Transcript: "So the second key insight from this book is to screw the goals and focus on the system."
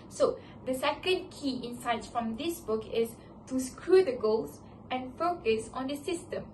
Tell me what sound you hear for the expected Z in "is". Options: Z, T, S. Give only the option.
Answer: S